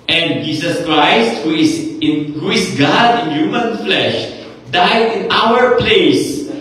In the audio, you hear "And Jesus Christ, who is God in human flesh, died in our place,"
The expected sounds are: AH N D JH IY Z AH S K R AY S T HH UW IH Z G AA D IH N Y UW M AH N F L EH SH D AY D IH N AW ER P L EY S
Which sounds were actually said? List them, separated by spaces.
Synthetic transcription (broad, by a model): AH N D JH IY S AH S K R AY S T HH UW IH S G AA D IH N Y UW M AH N F L EH SH D AY D IH N AW ER P L EY S